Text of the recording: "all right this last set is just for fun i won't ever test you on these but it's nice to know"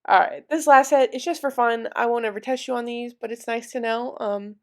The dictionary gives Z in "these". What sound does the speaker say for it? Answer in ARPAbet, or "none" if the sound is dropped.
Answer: Z